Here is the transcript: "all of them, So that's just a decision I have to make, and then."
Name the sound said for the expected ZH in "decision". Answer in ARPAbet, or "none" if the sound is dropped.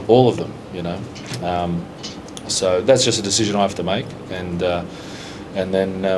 ZH